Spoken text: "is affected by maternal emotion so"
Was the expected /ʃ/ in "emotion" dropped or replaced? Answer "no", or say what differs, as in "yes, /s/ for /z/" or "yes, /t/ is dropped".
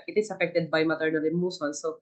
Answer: yes, /s/ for /ʃ/